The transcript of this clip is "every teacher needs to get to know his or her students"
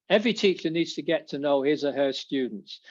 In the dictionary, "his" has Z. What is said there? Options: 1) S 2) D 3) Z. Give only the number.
3